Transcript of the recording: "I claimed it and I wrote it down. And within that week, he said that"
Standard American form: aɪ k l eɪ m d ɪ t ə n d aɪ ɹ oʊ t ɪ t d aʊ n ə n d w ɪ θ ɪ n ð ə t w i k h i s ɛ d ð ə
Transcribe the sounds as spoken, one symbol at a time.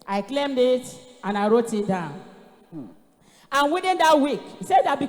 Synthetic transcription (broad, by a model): aɪ k l eɪ m d ɪ t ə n aɪ ɹ oʊ t ɪ t d aʊ n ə n w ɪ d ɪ n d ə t w i k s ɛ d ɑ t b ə